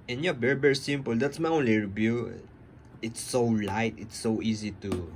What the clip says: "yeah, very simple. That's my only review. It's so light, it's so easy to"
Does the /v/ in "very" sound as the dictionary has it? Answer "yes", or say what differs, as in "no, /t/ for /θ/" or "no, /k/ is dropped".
no, /b/ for /v/